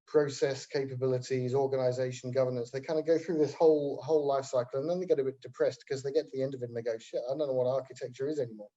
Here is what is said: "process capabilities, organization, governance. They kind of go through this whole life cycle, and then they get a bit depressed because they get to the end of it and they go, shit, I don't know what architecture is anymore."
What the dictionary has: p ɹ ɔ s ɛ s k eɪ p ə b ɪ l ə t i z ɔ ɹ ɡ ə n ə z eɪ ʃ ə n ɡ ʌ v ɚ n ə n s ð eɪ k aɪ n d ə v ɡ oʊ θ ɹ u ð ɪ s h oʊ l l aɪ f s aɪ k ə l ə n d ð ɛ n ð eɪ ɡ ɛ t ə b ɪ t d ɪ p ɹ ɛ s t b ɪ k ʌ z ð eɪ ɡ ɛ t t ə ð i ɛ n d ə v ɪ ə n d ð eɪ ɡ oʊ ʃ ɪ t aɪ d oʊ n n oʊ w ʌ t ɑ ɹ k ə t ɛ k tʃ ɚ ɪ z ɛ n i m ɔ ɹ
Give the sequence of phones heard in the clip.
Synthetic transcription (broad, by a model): p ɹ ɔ s ɛ s k eɪ p ə b ɪ l ə t i z ɔ ɹ ɡ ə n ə z eɪ ʃ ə n ɡ ʌ v ɚ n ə n s ð eɪ k aɪ n d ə ɡ oʊ θ ɹ u ð ɪ s h oʊ l l aɪ f s aɪ k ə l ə n ð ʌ n ð eɪ ɡ ɛ t ə b ɪ t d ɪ p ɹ ɛ s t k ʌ z ð eɪ ɡ ɛ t t ə ð i ɛ n d ə v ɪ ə n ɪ ɡ oʊ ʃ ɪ aɪ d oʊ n n oʊ w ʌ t ɑ ɹ k ə t ɛ k tʃ ɚ ɪ z ɛ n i m ɔ ɹ